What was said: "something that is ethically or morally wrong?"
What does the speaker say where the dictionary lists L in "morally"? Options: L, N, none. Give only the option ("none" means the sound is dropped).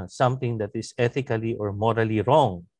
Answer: L